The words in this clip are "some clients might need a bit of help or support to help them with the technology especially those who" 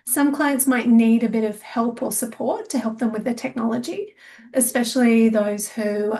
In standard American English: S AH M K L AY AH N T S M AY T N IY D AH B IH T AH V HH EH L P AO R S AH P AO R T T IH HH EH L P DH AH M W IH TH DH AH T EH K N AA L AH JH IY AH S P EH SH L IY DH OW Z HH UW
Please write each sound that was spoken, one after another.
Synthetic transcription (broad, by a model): S AH M K L AY AH N T S M AY T N IY D AH B IH T AH V HH EH L P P L S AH P AO R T T IH HH EH L P DH AH M W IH DH AH T EH K N AA L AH JH IY AH S P EH SH L IY DH OW Z HH UW